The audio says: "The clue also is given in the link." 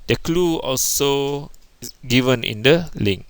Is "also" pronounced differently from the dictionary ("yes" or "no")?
no